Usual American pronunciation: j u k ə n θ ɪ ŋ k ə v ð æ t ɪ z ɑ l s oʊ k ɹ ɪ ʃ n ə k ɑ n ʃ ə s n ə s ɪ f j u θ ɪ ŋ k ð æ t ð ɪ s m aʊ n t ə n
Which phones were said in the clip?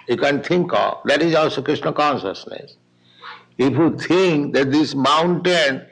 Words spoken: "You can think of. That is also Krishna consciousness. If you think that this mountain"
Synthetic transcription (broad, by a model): j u k ə n t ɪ ŋ k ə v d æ t ɪ z ɑ l s oʊ k ɹ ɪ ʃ n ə k ɑ n ʃ ə s n ə s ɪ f j u t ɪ ŋ k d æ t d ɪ s m aʊ n t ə n